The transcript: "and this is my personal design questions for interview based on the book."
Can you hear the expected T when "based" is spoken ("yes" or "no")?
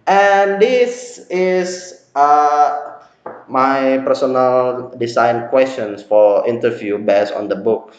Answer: no